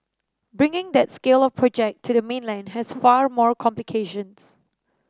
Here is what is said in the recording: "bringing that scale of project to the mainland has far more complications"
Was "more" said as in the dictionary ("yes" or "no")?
yes